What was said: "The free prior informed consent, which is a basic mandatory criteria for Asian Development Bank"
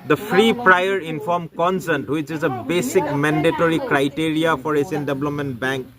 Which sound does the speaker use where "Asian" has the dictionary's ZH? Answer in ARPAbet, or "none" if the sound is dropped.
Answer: S